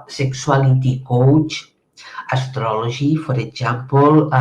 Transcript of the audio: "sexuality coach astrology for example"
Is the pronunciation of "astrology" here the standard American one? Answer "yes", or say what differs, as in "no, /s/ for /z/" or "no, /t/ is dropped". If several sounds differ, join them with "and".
no, /ʒ/ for /dʒ/